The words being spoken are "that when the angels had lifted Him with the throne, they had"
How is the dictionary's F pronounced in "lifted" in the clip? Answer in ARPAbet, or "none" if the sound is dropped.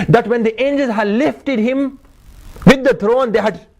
F